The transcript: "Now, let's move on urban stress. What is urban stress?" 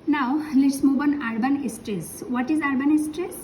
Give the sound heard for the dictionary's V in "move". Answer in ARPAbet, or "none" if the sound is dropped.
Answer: B